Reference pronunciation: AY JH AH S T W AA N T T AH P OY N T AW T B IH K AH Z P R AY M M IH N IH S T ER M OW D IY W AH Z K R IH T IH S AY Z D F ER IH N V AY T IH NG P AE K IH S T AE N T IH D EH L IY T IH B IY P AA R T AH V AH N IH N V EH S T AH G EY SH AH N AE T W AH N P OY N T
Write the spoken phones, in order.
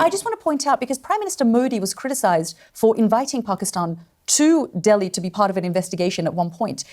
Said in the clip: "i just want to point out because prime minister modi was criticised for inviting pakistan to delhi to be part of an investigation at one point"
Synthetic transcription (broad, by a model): AY JH AH S T W AA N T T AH P OY N T AW T B IH K AH Z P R AY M M IH N IH S T ER M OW D IY W AH Z K R IH T IH S AY Z D F ER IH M V AY T IH NG P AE K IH S T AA N T IH D EH L IY T IH B IY P AA R T AH V AH N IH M V EH S T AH G EY SH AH N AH T W AH N P OY N T